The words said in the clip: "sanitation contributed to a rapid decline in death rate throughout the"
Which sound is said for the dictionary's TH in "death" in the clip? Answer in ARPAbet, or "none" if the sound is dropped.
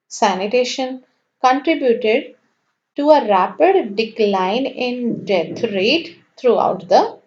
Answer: T